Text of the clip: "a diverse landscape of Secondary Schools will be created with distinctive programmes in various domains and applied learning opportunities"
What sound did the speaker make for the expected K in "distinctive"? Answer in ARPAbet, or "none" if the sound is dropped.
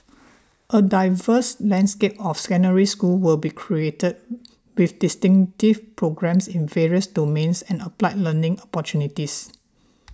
none